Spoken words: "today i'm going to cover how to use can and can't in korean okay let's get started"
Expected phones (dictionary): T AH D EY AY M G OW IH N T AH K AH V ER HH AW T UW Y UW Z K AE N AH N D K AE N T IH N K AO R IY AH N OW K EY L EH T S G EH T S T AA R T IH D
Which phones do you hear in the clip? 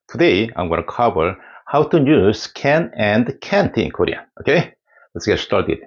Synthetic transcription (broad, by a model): T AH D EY AY M G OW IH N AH K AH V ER HH AW T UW Y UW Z K AE N AH N D K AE N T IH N K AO R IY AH OW K EY L EH T S G EH T S T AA R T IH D